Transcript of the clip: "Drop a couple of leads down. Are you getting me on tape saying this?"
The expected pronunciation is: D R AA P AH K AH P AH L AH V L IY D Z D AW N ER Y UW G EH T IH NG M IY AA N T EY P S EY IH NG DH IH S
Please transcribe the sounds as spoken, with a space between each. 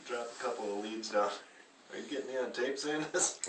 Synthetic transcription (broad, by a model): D R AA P AH K AH P L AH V L IY D Z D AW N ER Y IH G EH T M IY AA N T EY P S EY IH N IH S